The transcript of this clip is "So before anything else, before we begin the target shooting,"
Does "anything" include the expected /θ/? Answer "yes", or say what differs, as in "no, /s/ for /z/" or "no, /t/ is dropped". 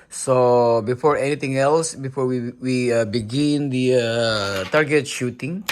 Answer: no, /t/ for /θ/